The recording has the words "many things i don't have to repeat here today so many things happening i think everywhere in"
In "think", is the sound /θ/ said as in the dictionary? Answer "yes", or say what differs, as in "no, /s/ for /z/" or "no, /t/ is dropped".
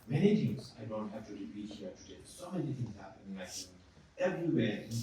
no, /s/ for /θ/